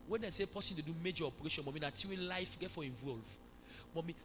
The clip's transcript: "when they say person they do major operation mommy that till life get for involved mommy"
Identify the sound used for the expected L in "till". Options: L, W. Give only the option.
W